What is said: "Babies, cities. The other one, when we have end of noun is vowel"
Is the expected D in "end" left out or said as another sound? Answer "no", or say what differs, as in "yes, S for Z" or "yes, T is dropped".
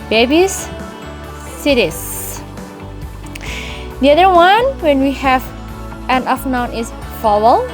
yes, D is dropped